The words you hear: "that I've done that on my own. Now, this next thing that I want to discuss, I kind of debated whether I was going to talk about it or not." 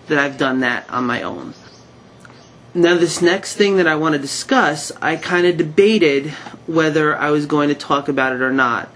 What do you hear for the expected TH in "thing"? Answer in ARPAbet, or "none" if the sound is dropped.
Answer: TH